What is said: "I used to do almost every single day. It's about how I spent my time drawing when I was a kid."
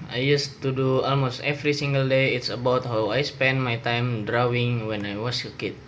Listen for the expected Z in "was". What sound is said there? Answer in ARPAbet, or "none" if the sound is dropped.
S